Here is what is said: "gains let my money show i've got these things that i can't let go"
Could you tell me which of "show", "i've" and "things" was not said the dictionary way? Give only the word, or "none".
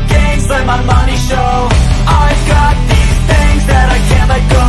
none